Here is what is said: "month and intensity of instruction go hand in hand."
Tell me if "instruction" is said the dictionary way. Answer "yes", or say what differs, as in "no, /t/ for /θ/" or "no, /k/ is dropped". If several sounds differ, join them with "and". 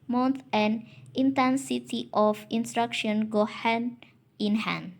yes